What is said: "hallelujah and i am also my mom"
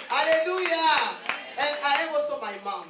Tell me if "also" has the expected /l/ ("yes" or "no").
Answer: no